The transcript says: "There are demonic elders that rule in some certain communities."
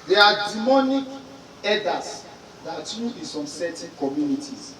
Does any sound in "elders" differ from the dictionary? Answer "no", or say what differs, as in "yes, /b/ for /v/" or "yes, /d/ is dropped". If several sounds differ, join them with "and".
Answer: yes, /l/ is dropped